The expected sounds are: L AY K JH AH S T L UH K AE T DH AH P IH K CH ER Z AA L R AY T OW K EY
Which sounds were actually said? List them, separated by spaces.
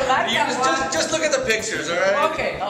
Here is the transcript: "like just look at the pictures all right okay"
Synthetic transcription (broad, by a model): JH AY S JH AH S T L UH K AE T DH AH P IH K CH ER Z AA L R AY OW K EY